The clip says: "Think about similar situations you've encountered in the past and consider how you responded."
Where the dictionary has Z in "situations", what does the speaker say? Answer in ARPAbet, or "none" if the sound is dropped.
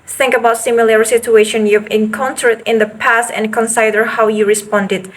none